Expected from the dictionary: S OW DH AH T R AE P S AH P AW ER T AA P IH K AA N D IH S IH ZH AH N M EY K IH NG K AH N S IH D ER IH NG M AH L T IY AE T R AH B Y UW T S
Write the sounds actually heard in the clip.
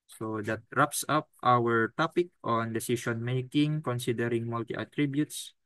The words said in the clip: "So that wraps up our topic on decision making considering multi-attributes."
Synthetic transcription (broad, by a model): S OW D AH T R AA P S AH P AW ER T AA P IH K AA N D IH S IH S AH N M EY K IH NG K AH N S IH D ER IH NG M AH L T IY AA T R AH B Y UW T S